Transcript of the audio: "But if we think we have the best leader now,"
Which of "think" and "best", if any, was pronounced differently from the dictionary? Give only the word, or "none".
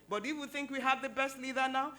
none